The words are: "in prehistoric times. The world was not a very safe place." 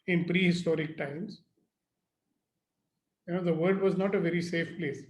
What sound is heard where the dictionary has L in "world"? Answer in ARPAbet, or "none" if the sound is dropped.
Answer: none